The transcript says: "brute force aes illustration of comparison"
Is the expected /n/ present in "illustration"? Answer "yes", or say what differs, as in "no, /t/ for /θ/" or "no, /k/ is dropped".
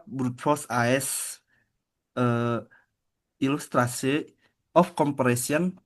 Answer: no, /n/ is dropped